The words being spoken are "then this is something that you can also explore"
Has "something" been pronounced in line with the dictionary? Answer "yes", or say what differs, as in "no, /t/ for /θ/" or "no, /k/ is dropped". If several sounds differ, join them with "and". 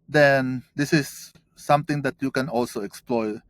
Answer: no, /t/ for /θ/